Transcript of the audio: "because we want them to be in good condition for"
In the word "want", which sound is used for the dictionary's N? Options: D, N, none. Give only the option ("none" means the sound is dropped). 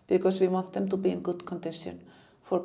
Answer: none